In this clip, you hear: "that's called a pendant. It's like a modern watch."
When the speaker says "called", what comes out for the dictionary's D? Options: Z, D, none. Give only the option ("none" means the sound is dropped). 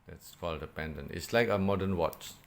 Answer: D